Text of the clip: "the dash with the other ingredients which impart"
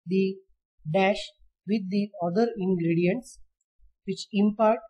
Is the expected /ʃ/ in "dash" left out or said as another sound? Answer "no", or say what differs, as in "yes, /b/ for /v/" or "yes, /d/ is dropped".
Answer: no